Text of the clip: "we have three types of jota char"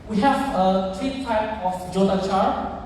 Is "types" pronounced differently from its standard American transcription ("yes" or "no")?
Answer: yes